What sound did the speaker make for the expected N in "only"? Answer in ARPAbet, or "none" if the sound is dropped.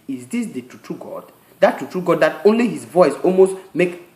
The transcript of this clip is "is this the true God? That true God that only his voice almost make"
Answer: N